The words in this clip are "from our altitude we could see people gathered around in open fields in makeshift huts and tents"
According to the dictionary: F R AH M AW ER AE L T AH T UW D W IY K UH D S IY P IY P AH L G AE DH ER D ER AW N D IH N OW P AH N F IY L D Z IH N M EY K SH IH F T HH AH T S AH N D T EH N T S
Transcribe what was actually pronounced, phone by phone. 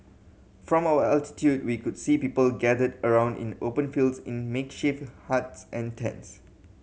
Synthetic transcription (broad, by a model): F R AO M AW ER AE L T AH T UW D W IY K UH D S IY P IY P AH L G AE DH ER D ER AW N D IH N OW P AH N F IY L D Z IH N M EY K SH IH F HH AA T S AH N T EH N T S